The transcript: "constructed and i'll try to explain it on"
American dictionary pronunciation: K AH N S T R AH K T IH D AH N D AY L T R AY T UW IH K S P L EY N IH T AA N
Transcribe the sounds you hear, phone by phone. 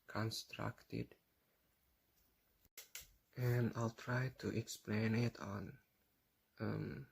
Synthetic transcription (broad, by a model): K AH N S T R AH K T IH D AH N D AY L T R AY T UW IH K S P L EY N IH T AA N